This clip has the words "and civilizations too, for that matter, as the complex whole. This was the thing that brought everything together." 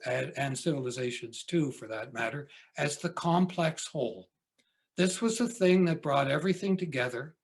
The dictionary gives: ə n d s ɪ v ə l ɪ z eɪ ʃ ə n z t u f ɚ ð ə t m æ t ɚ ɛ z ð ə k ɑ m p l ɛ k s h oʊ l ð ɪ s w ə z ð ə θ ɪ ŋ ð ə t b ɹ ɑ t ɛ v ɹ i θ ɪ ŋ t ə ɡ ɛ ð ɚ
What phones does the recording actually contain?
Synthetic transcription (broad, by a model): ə n s ɪ v l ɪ z eɪ ʃ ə n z t u f ɚ ð ə t m æ t ɚ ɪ z ð ə k ɑ m p l ɛ k s h oʊ l ð ɪ s w ə z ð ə θ ɪ ŋ ð ə t b ɹ ɑ t ɛ v ɹ i θ ɪ ŋ t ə ɡ ɛ ð ɚ